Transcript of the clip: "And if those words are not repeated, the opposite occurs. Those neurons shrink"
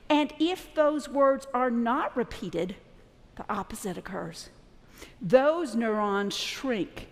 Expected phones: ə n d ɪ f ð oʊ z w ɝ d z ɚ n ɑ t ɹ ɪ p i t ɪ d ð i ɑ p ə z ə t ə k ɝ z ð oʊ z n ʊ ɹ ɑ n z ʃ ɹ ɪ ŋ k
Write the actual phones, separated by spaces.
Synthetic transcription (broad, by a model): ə n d ɪ f ð oʊ z w ɝ d z ɚ n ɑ t ɹ ɪ p i t ɪ d ð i ɑ p ə z ə t ə k ɝ z ð oʊ z n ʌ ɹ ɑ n ʃ ɹ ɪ ŋ k